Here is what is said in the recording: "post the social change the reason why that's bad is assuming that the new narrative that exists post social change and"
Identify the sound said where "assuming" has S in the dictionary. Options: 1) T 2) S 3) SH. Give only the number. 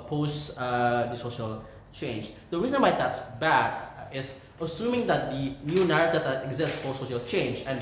2